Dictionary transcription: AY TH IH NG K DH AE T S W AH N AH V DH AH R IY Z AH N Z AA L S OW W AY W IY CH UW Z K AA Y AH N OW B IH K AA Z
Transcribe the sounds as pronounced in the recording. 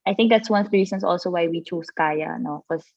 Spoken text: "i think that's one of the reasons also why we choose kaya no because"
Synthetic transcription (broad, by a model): AY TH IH NG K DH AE T S W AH N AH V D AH R IY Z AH N S AA L S OW W AY W IY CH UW S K AA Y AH N OW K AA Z